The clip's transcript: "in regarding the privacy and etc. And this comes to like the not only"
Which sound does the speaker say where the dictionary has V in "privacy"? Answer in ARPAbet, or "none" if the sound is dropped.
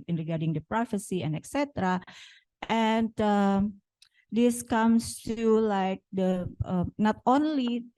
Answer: F